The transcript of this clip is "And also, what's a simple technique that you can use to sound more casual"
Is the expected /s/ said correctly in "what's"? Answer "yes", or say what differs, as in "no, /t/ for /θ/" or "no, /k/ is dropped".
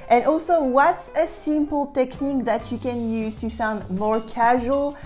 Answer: yes